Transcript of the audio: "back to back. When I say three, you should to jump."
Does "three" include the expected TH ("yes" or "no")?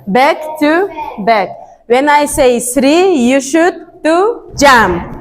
no